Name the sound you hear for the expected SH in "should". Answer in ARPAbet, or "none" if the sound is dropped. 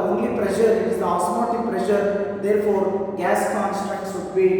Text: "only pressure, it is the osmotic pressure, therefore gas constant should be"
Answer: S